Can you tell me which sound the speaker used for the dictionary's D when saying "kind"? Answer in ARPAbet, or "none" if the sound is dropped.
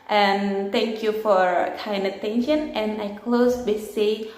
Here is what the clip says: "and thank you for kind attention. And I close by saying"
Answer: none